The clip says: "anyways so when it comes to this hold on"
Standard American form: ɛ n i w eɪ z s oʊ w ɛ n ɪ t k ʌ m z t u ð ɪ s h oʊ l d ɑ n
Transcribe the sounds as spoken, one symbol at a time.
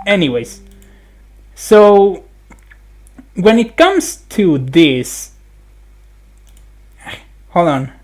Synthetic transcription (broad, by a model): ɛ n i w eɪ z s oʊ w ɛ n ɪ t k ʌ m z t u ð ɪ s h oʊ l ɑ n